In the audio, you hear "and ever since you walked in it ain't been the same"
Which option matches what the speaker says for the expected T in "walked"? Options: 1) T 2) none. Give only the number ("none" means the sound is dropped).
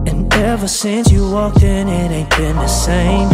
2